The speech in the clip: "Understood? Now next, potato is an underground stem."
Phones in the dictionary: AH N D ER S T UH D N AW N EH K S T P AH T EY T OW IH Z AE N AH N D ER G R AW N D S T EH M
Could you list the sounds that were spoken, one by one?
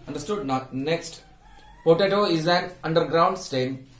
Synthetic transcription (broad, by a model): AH N D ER S T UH D N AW N EH K S T P AH T EY T OW IH Z AE N AH N D ER G R AW N D S T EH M